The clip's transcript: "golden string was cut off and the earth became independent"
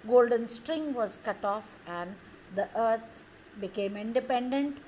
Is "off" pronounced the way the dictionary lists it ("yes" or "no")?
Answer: yes